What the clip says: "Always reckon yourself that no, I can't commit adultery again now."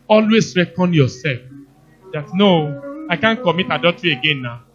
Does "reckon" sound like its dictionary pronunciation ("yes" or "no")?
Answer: yes